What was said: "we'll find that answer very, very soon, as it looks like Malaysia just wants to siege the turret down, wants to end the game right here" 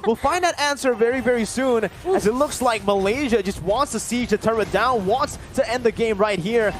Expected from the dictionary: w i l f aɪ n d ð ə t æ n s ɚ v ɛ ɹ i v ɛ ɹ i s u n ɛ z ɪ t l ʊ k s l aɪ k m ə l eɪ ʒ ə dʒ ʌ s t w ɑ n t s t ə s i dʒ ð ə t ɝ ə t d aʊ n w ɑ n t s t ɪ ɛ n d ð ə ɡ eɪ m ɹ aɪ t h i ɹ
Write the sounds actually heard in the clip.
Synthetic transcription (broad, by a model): w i l f aɪ n ð ə t æ n s ɚ v ɛ ɹ i v ɛ ɹ i s u n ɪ z ɪ t l ʊ k s l aɪ k m ə l eɪ ʒ ə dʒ ʌ s t w ɑ n t s t ə s i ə t ɝ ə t d aʊ n w ɑ n t s t ɪ ɛ n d ð ə ɡ eɪ m ɹ aɪ t h i ɹ